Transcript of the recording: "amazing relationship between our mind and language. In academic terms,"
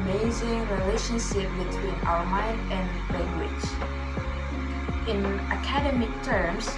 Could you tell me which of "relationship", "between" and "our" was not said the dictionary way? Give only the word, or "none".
our